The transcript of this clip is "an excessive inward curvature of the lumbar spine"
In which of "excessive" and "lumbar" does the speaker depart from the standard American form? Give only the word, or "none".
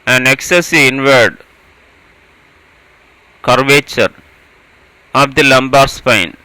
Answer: excessive